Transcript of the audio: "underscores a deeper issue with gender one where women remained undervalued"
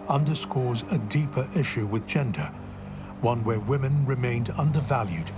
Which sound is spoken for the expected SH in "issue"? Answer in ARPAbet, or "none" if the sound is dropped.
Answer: SH